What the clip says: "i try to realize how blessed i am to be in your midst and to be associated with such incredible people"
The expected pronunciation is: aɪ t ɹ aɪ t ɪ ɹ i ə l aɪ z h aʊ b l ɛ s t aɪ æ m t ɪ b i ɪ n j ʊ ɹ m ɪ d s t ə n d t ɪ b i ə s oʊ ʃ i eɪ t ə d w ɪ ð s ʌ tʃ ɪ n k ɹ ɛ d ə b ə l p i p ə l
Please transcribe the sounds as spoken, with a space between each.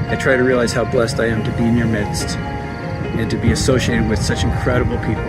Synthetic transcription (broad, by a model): aɪ t ɹ aɪ t ɪ ɹ i ə l aɪ z h aʊ b l ɛ s t aɪ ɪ m t ɪ b i ɪ n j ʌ ɹ m ɪ d s t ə n t ɪ b i ə s oʊ ʃ i eɪ t ə d w ɪ ð s ʌ tʃ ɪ n k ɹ ɛ d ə b l p i p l